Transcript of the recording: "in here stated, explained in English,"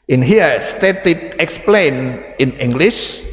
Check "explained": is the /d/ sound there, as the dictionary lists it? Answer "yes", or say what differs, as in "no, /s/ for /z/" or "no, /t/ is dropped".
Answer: no, /d/ is dropped